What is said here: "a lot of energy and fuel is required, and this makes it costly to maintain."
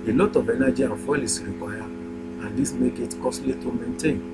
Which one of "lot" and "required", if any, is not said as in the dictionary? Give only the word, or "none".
required